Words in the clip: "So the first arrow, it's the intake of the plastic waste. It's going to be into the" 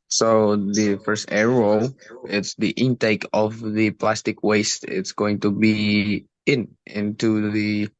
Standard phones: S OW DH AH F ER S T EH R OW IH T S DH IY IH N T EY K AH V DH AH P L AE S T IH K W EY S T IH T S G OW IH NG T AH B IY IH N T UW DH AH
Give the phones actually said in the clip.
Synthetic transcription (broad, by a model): S OW DH AH F ER S T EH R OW IH T S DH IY IH N T EY K AH V DH AH P L AE S T IH K W EY S T IH T S G OW IH NG T AH B IY IH N T UW DH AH